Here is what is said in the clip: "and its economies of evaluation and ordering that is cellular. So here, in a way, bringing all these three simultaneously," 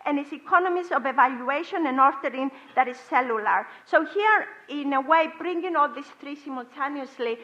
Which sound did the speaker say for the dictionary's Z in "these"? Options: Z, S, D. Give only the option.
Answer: S